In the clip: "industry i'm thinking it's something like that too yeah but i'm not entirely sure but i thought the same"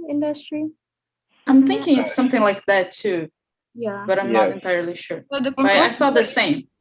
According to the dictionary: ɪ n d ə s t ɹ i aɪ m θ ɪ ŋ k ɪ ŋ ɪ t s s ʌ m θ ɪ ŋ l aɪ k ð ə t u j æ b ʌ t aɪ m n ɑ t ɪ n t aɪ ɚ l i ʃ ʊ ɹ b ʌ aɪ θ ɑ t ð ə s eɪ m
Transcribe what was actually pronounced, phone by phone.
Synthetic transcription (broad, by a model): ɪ n d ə s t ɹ i aɪ m θ ɪ ŋ k ɪ ŋ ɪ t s s ʌ m θ ɪ ŋ l aɪ k ð ə t u j æ b ʌ t aɪ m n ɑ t ɪ n t aɪ ɚ l i ʃ ʊ ɹ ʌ aɪ f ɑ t ð ə s eɪ m